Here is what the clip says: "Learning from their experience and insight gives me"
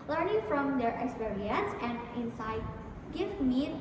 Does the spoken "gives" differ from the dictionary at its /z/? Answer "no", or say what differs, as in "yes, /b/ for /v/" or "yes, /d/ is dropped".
yes, /z/ is dropped